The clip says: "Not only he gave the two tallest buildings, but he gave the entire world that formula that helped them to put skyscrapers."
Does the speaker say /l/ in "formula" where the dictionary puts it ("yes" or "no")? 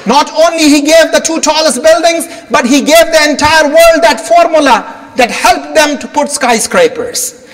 yes